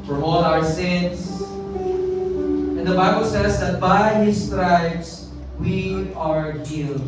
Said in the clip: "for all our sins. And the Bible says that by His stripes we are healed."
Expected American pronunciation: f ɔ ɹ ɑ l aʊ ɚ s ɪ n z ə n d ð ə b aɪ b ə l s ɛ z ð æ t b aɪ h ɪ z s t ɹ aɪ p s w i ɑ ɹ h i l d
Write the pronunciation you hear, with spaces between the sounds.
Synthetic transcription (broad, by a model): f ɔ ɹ ɑ l aʊ ɚ s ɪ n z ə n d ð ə b aɪ b ə l s ɛ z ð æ t b aɪ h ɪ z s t ɹ aɪ b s w i ɑ ɹ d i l